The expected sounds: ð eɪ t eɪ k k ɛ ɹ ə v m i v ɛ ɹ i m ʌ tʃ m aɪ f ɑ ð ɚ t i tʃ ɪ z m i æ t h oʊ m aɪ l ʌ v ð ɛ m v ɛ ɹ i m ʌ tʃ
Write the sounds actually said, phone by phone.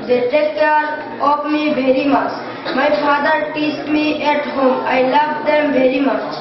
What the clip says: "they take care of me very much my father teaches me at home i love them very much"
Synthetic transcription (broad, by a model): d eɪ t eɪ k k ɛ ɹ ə p m i v ɛ ɹ i m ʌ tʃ m aɪ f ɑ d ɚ t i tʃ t m i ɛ t h oʊ m aɪ l ʌ v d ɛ m v ɛ ɹ i m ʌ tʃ